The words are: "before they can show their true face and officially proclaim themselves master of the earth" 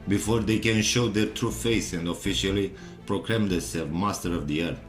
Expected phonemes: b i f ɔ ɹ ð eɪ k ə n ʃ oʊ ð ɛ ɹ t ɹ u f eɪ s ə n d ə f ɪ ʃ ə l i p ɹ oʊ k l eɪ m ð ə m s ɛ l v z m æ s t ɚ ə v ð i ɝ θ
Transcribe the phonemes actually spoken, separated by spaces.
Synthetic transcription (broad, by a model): b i f ɔ ɹ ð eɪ k ə n ʃ oʊ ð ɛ t ɹ u f eɪ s ə n d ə f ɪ ʃ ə l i p ɹ oʊ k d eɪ m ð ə s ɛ v m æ s t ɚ ə v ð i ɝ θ